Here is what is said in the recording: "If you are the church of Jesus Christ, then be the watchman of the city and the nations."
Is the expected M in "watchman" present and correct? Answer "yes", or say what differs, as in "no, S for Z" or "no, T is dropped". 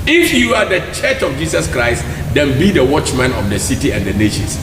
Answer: yes